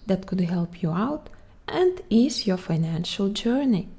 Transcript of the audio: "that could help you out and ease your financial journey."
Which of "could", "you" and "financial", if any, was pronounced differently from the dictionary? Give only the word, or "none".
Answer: none